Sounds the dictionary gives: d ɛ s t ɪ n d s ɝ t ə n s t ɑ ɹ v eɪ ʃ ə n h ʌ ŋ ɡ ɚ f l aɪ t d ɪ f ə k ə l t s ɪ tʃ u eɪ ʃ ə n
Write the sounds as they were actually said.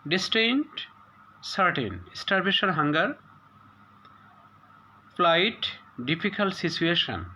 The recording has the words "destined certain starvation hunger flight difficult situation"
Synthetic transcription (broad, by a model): d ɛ s t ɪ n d s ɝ t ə n s t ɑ ɹ b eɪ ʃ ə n h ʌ ŋ ɡ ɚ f l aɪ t d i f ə k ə l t s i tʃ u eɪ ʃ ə n